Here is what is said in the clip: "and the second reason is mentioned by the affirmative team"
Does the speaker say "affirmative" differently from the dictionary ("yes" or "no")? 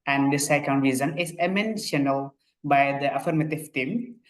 no